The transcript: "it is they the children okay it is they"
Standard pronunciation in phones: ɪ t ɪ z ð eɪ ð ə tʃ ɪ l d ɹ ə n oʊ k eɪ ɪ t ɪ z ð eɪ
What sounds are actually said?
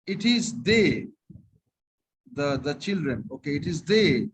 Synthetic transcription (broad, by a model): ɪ t ɪ z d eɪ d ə tʃ ɪ l d ɹ ə n oʊ k eɪ ɪ t ɪ z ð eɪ